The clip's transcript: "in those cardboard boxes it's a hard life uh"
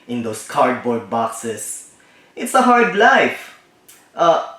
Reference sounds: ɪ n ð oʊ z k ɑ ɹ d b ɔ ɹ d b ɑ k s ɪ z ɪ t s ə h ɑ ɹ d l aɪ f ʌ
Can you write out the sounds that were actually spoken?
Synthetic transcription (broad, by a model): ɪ n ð oʊ s k ɑ ɹ d b ɔ ɹ d b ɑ k s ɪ s ɪ t s ə h ɑ ɹ d l aɪ f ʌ